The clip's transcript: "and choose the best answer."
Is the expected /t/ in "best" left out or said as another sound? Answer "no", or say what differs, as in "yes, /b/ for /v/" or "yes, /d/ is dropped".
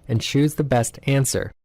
no